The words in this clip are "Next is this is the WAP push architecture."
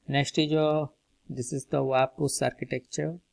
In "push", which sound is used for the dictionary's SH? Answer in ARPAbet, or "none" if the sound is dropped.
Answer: S